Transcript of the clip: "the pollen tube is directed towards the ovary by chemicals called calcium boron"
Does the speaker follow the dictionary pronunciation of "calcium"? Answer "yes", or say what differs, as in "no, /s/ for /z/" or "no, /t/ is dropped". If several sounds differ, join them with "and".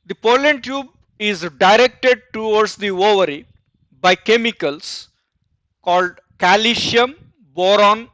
no, /ʃ/ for /s/